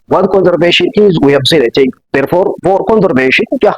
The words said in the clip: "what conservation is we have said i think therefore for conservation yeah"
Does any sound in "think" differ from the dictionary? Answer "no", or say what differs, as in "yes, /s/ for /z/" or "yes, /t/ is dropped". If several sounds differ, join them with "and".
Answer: yes, /t/ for /θ/